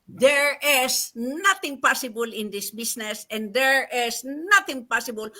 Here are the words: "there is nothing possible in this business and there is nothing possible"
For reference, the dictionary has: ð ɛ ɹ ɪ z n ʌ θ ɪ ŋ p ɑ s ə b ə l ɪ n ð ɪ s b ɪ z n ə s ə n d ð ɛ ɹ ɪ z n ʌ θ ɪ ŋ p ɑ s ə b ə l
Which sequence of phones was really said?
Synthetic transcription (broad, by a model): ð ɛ ɹ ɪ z n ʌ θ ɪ ŋ p ɑ s ə b ə l ɪ n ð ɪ s b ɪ s n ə s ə n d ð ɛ ɹ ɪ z n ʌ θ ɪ ŋ p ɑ s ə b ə l